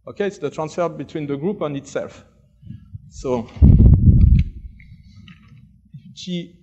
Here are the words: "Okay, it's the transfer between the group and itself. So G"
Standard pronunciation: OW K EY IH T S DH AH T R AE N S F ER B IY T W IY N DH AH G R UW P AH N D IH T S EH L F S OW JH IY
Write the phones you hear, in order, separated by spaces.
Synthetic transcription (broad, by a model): OW K EY IH T S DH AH T R AE N S F ER B IY T W IY N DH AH G R UW P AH N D IH T S EH L F S OW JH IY